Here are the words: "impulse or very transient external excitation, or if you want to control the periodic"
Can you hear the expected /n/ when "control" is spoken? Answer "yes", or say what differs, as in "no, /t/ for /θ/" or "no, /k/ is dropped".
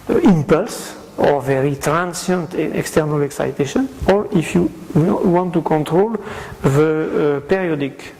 yes